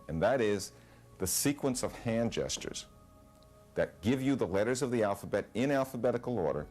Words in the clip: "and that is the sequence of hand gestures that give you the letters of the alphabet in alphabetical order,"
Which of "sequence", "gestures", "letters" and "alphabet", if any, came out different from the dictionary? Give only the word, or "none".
none